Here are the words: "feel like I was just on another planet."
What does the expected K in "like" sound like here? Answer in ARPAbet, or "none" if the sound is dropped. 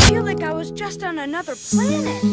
K